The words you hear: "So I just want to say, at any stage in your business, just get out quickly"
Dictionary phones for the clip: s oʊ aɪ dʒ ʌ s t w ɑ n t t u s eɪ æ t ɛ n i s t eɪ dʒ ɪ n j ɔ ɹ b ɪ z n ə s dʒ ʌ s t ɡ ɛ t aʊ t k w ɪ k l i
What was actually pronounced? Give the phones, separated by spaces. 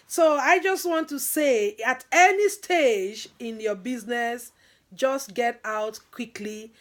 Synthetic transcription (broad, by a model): s oʊ aɪ dʒ ʌ s t w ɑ n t t u s eɪ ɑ t ɛ n i s t eɪ dʒ ɪ n j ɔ b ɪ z n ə s dʒ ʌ s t ɡ ɛ t aʊ t k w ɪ k l i